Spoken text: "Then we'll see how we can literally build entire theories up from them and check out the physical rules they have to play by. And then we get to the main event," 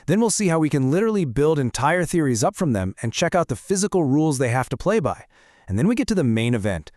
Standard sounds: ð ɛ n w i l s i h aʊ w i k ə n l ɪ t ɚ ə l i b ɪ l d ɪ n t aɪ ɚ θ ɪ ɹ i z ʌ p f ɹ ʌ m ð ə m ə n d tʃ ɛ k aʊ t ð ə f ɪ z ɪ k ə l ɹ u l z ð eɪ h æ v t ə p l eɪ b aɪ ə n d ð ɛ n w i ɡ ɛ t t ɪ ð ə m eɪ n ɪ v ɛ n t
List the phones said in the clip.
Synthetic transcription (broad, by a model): ð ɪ n w i l s i h aʊ w i k ə n l ɪ t ɚ l i b ɪ l d ɪ n t aɪ ɚ θ ɪ ɹ i z ʌ p f ɹ ʌ m ð ə m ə n tʃ ɛ k aʊ t ð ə f ɪ z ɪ k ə l ɹ u l z ð eɪ h æ f t ə p l eɪ b aɪ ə n ð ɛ n w i ɡ ɛ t t ɪ ð ə m eɪ n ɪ v ɛ n t